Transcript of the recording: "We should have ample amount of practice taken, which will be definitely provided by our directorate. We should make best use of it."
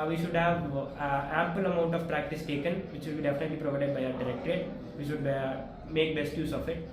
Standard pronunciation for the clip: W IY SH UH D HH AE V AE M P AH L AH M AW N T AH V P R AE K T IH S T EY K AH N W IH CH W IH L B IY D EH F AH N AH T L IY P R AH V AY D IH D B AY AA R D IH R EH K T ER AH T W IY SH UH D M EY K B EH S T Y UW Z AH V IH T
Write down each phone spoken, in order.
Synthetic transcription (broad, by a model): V IY SH UH D HH AE V AE M P AH L AH M AW N T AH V P R AE K T IH S T EY K AH N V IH CH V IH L B IY D EH F AH N AH T L IY P R AH V AY D IH D B AY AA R D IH R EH K T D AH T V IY SH UH D M EY K B EH S T Y UW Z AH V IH T